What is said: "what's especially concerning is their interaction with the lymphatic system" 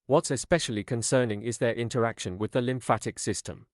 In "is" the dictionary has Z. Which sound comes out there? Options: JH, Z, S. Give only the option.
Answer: Z